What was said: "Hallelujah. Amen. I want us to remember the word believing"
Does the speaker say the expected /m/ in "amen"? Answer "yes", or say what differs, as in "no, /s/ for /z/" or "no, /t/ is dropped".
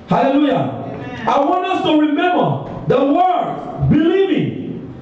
no, /m/ is dropped